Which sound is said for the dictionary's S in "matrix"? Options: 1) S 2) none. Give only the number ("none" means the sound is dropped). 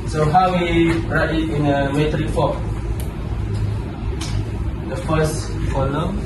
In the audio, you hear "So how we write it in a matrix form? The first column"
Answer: 2